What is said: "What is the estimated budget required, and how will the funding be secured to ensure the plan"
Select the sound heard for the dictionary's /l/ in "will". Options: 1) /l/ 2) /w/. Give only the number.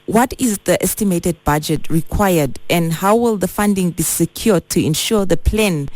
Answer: 1